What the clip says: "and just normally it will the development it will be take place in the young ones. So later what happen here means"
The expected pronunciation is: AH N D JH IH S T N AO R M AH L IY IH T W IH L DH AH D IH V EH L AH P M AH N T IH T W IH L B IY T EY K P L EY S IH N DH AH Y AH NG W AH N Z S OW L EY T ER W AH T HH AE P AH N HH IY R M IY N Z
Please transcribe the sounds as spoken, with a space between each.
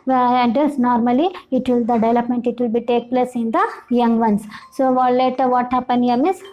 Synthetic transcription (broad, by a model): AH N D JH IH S N AO R M AH L IY IH T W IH L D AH D IH V EH L AH P M AH N T IH T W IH L B IY T EY K P L EY S IH N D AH Y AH NG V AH N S S OW L EY T ER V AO T HH AE P AH N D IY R M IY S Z